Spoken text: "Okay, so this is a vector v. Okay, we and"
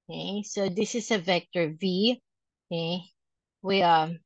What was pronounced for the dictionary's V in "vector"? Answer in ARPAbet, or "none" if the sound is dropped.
V